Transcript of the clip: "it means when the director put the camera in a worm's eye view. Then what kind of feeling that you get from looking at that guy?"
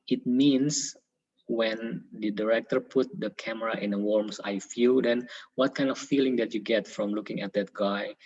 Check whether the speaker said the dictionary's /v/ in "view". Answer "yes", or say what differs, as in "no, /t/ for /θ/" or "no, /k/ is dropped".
no, /f/ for /v/